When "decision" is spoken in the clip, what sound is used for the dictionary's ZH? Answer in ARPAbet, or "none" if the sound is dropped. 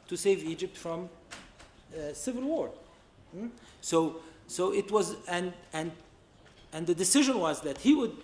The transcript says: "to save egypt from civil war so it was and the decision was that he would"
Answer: ZH